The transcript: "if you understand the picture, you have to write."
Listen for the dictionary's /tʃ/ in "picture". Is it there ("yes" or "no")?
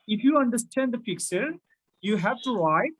no